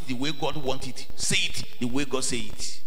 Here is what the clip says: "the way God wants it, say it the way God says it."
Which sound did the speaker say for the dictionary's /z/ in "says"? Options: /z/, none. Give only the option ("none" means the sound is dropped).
none